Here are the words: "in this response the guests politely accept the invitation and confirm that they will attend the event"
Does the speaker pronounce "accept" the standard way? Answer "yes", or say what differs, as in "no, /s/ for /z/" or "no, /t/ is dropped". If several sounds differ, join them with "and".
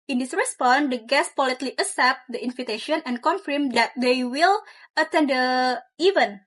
no, /k/ is dropped